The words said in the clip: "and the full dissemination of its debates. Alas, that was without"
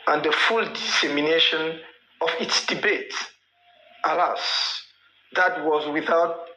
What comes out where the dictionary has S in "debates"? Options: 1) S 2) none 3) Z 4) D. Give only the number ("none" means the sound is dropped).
2